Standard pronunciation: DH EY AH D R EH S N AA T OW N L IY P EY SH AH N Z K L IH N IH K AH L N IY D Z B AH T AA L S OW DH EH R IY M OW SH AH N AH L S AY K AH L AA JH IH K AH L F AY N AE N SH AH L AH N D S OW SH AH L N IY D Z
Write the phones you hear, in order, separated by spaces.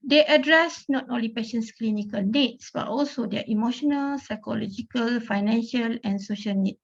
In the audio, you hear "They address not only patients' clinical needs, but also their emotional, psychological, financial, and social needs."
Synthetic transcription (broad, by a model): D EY AH D R EH S N AA T OW N L IY P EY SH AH N S K L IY N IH K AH L N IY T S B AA T AA L S OW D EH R IY M OW SH AH N AH L S AY K AH L AA JH IH K AH L F AY N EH N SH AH L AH N S OW SH AH L N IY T